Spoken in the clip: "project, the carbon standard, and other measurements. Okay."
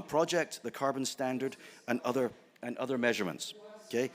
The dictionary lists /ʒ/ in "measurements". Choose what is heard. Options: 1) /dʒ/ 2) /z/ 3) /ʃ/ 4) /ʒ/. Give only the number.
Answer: 4